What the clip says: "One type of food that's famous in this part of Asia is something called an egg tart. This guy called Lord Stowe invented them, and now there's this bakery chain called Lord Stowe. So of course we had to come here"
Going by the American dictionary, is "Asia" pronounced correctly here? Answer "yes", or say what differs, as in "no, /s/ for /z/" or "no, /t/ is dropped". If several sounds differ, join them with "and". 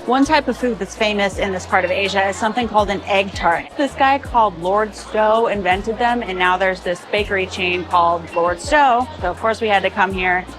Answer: yes